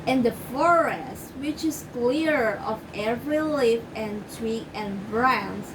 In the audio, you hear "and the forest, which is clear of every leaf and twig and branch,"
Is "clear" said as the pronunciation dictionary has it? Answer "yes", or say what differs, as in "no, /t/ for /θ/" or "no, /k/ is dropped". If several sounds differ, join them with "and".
yes